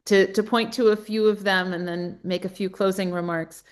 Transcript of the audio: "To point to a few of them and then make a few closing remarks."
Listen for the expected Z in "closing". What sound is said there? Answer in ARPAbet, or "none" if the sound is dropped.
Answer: Z